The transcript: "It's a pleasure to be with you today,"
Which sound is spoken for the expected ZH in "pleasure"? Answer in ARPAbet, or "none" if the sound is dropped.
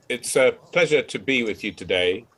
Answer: ZH